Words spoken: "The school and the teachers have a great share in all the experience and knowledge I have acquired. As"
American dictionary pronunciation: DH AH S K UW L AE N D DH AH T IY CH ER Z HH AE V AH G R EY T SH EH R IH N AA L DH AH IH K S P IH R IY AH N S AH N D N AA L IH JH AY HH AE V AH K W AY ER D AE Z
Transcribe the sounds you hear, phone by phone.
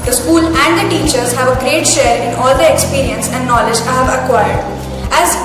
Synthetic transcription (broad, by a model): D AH S K UW L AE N D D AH T IY CH ER Z HH AE V AH G R EY T SH EH R IH N AA L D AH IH K S P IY R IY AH N S AH N D N AA L IH JH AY HH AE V AH K W AY ER D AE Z